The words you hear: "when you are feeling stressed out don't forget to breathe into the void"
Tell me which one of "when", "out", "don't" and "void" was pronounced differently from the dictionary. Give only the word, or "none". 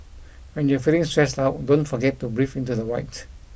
void